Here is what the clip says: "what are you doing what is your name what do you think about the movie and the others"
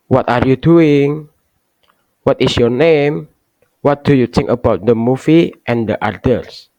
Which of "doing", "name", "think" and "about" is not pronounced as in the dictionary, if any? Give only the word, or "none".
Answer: think